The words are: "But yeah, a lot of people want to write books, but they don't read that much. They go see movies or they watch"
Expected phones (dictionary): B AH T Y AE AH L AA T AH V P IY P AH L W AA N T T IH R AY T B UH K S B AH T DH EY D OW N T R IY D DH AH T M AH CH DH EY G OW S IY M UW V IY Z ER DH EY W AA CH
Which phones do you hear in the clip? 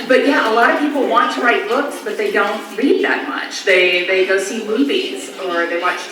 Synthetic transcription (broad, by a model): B AH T Y AE AH L AA T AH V P IY P L W AA N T T IH R AY T B UH K S B AH T DH EY D OW N T L IY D DH AH T M AH CH DH EY G OW S IY M UW V IY Z ER DH EY W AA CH